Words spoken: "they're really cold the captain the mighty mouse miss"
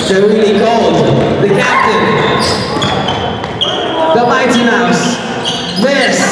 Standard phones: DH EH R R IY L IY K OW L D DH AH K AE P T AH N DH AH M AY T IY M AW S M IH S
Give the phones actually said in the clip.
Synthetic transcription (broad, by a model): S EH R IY IY K OW L D DH AH K AE P T AH N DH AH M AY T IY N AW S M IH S